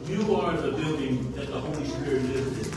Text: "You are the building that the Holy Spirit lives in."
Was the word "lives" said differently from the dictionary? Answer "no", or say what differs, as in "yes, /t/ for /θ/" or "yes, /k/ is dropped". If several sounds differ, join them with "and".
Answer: yes, /v/ is dropped